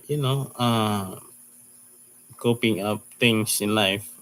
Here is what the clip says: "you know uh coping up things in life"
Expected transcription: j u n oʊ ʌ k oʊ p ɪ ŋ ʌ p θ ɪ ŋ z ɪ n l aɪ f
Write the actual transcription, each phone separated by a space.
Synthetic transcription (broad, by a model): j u n oʊ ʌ k oʊ p ɪ ŋ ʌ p t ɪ ŋ s ɪ n l aɪ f